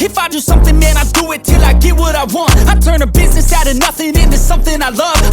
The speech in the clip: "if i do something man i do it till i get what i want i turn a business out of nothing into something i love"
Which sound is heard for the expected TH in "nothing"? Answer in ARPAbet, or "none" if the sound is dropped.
TH